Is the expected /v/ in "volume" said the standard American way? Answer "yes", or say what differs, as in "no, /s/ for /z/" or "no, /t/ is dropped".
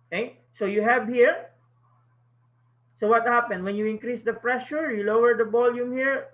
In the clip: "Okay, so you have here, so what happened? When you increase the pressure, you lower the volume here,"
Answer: no, /b/ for /v/